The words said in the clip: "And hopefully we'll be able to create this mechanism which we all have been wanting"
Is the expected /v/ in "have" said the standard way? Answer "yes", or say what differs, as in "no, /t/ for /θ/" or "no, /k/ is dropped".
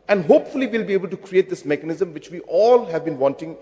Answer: yes